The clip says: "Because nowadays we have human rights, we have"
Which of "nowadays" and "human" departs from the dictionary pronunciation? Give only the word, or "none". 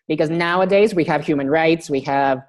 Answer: none